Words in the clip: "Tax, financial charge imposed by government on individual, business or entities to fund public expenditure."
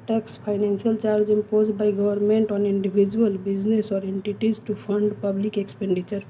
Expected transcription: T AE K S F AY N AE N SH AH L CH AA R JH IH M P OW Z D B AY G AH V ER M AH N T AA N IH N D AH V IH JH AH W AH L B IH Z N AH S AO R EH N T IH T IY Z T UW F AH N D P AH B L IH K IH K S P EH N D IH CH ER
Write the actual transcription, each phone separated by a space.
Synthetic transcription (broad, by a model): T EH K S P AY N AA N S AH L CH AA R JH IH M P OW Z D B AY G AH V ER M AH N T AA N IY N D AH B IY JH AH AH L B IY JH N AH S AO R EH N T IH T IY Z T UW P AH N D P AH B L IH K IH K S P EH N D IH CH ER